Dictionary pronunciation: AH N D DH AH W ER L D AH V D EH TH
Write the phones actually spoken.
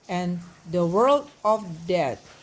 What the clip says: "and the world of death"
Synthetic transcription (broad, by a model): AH N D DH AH W ER L D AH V D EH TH